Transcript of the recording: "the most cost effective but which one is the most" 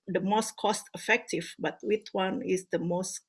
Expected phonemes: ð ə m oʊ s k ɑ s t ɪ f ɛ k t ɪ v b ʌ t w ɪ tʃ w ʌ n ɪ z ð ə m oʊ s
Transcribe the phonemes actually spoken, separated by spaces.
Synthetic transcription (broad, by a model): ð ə m oʊ s k ɑ s t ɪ f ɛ k t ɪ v b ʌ t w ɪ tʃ w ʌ n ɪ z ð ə m oʊ s